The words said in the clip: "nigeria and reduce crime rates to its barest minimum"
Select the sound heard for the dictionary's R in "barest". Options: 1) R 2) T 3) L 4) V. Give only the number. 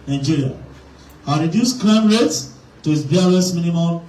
3